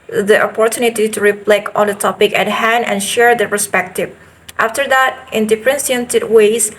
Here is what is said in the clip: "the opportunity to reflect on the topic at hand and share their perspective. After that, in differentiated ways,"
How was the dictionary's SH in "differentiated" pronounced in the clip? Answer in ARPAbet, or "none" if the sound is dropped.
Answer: S